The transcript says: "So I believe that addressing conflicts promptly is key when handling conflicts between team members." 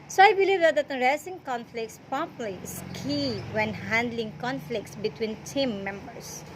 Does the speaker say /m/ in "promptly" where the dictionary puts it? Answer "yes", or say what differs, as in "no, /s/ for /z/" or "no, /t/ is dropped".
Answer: no, /m/ is dropped